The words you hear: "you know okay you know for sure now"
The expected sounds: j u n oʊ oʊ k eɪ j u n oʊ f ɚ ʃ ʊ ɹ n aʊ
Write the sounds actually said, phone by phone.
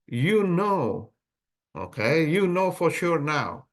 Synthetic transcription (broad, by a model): j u n oʊ oʊ k eɪ j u n oʊ f ɚ ʃ ʊ ɹ n aʊ